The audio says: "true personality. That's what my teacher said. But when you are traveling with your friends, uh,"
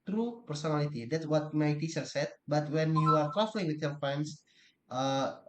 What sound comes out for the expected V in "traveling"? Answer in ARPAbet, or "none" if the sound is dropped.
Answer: F